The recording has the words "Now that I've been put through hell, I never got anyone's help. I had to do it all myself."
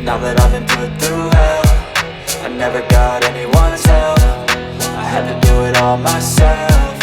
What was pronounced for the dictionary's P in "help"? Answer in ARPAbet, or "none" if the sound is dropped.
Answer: F